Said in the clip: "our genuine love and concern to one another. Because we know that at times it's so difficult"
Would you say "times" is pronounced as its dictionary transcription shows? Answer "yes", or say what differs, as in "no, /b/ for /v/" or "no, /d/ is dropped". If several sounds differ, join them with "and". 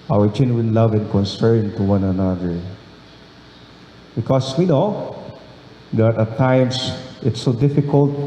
no, /s/ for /z/